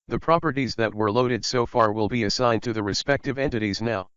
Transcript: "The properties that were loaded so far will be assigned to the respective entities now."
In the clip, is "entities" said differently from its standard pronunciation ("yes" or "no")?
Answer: no